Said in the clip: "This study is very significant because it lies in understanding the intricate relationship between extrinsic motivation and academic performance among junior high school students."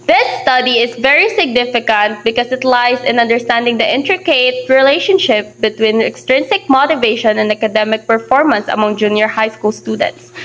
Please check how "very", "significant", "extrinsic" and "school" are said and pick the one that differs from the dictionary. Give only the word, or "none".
none